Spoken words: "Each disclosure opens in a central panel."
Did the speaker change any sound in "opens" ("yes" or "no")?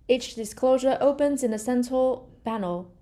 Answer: no